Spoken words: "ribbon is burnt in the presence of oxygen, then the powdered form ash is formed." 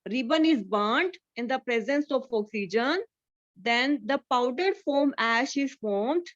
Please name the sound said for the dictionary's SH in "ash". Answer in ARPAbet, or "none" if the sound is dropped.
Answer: SH